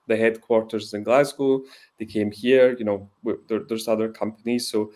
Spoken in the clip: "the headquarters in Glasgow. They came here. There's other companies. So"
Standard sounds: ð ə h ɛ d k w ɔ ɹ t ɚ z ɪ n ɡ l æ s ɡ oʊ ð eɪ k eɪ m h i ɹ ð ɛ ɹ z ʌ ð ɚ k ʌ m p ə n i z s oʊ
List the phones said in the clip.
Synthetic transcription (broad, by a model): ð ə h ɛ d k w ɔ ɹ t ɚ z ɪ n ɡ l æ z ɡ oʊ ð eɪ k eɪ m h i ɹ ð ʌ ɹ z ʌ ð ɚ k ʌ m p ə n i z s oʊ